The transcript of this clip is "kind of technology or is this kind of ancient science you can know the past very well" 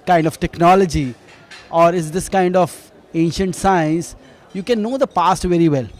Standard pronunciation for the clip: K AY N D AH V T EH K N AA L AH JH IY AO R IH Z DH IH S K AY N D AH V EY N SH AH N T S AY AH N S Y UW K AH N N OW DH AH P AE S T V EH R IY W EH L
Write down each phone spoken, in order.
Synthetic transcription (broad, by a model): K AY N D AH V T EH K N AA L AH JH IY AO R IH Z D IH S K AY N D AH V EY N SH AH N T S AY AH N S Y UW K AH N N OW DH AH P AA S T V EH R IY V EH L